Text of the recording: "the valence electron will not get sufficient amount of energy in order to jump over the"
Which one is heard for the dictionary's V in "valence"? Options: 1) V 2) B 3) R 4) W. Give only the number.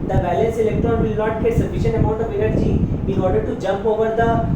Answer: 2